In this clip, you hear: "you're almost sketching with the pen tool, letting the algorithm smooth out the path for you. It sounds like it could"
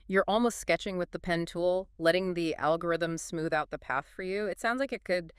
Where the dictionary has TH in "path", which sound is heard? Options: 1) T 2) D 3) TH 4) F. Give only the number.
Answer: 3